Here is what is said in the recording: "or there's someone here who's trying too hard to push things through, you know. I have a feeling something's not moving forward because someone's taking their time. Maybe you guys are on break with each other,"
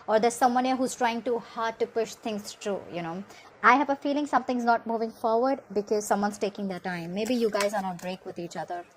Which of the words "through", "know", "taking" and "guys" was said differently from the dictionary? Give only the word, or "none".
through